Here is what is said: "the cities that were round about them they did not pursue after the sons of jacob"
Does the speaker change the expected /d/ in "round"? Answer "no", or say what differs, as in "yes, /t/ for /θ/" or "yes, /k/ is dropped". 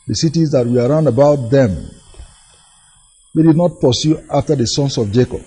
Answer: no